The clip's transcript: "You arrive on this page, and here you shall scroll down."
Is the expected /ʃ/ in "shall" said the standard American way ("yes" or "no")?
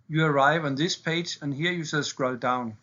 no